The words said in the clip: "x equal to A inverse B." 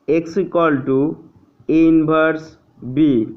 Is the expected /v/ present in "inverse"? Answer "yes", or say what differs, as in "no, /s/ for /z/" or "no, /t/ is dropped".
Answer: no, /b/ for /v/